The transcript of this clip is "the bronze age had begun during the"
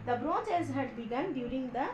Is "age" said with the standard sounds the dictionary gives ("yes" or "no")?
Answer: no